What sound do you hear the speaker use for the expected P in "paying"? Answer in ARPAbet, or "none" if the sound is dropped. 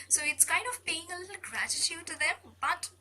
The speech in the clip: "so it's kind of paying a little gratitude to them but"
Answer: B